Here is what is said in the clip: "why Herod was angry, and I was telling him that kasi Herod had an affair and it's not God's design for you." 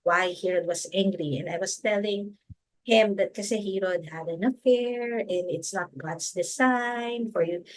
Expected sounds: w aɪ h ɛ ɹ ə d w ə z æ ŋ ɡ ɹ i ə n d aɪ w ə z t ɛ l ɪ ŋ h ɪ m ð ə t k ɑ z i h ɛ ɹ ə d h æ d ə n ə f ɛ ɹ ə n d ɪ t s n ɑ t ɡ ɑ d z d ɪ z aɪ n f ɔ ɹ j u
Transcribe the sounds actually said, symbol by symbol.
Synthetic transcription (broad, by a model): w aɪ h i ɹ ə d w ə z æ ŋ ɡ ɹ i ə n d aɪ w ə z t ɛ l ɪ ŋ h ɪ m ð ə t k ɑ s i h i ɹ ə d h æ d ə n ə f ɛ ɹ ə n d ɪ t s n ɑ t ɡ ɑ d s d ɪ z aɪ n f ɔ ɹ j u